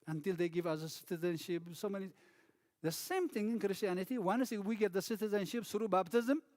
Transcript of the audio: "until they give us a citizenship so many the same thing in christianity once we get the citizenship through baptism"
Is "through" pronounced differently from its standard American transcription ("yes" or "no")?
yes